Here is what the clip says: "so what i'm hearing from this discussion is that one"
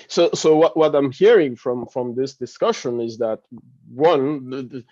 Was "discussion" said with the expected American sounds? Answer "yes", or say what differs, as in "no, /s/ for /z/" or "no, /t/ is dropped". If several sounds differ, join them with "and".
yes